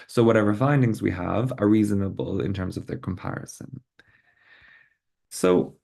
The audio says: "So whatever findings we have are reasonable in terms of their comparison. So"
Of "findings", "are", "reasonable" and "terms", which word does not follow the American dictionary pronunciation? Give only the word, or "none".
none